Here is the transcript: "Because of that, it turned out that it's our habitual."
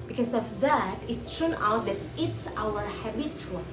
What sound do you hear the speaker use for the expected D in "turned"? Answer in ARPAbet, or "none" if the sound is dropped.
none